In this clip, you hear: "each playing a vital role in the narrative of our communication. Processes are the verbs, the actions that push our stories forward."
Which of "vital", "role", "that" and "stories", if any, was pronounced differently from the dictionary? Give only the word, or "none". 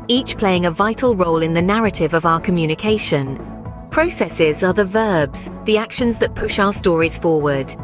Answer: none